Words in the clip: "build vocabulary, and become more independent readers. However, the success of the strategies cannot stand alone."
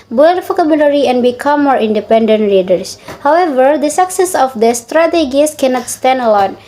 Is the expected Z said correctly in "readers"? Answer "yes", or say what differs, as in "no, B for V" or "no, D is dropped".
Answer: no, S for Z